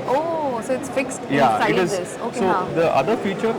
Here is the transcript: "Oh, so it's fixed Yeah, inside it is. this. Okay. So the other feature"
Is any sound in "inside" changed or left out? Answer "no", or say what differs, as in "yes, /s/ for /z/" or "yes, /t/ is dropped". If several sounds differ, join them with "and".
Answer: yes, /n/ is dropped and /d/ is dropped